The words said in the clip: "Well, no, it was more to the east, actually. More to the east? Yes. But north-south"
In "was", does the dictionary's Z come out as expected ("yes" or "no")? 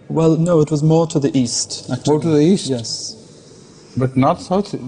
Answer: yes